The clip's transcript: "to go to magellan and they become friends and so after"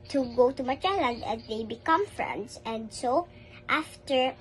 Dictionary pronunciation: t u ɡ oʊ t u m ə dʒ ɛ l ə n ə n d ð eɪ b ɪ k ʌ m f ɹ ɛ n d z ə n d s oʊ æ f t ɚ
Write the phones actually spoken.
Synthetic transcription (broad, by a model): t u ɡ oʊ t u m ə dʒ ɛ l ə n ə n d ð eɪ b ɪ k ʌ m f ɹ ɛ n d s ə n d s oʊ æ f t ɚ